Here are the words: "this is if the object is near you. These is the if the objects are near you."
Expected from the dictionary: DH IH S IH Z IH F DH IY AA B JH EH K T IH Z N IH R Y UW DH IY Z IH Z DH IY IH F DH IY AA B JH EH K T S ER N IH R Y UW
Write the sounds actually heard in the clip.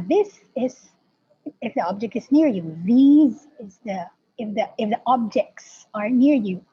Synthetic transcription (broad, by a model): DH IH S IH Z IH F DH IY AA B JH EH K T IH Z N IH R Y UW DH IY Z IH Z DH IY IH F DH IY AA B JH EH K T S ER N IH R Y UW